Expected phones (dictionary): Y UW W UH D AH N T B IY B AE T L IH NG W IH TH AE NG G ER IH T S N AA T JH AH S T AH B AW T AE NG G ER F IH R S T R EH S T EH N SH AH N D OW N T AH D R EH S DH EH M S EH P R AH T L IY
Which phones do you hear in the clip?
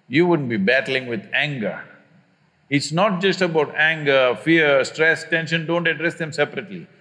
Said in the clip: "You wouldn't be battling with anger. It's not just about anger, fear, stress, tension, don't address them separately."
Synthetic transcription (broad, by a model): Y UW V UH D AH N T B IY B AE T L IH NG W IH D AE NG G ER IH T S N AA T JH AH S T AH B AW T AE NG G ER F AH R S T R EH S T EH N SH AH N D OW N T AH D R EH S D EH M S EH P R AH T L IY